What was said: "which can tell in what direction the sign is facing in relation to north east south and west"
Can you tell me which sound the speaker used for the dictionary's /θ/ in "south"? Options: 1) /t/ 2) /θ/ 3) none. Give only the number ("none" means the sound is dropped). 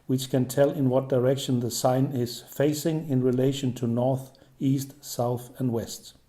2